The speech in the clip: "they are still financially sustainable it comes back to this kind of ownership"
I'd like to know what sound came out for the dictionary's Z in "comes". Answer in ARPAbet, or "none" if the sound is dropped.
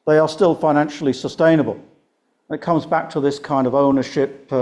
Z